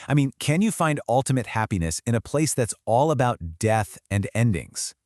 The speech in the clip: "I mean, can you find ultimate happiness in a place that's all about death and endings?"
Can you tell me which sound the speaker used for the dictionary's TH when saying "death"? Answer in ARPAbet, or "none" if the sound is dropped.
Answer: TH